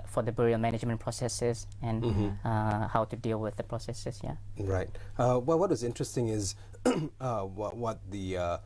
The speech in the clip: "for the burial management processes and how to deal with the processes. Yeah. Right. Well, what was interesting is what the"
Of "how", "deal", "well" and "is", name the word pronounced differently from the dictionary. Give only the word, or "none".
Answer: none